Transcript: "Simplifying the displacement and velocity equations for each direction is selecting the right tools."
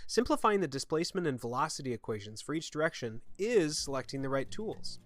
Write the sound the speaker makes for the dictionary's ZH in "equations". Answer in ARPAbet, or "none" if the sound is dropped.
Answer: ZH